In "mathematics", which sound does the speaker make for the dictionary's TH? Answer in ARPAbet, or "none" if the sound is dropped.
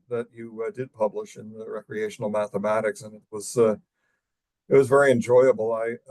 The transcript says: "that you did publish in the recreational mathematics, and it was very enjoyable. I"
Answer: TH